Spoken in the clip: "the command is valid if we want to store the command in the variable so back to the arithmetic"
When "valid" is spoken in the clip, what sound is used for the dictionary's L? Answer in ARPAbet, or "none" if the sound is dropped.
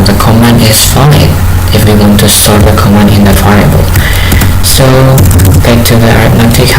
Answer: none